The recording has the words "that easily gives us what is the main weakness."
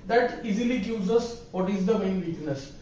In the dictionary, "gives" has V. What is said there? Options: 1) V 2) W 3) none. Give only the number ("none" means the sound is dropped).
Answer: 3